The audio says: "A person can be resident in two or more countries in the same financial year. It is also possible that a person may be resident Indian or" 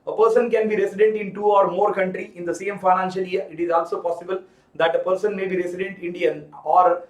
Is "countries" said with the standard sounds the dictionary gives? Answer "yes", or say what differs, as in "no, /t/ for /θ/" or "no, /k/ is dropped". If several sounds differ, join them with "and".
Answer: no, /z/ is dropped